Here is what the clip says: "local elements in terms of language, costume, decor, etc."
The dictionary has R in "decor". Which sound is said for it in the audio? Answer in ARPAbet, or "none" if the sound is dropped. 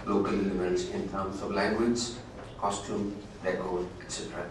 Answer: L